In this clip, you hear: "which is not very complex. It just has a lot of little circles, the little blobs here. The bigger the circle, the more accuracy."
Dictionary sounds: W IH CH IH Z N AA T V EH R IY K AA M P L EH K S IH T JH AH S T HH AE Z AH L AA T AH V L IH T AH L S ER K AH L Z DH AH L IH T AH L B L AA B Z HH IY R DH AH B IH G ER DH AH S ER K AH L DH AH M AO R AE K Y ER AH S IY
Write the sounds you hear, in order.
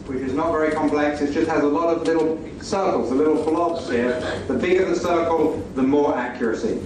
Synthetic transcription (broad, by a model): W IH CH IH Z N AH T V EH R IY K AA M P L EH K S IH T JH AH S T HH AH Z AH L AA T AH V L IH T L S ER K AH L Z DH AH L IH T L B L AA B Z HH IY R DH AH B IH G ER DH AH S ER K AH L DH AH M AO R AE K Y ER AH S IY